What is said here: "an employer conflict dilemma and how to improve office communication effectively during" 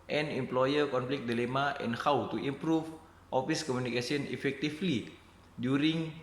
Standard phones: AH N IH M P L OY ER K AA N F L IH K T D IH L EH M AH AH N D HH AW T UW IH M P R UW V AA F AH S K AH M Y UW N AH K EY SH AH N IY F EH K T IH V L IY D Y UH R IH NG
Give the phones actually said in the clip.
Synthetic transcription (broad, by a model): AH N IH M P L OY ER K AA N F L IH K D IH L EH M AH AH N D HH AW T UW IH M P R UW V AA F AH S K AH M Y UW N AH K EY S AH N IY F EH K T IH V L IY D Y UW R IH NG